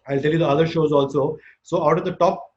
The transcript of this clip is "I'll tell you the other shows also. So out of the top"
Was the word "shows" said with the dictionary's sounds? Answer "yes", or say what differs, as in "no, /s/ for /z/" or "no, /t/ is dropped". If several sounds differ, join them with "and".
yes